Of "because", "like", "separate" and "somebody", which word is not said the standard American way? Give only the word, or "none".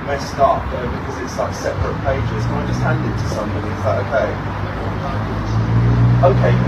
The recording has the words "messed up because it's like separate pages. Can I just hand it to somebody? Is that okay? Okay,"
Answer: none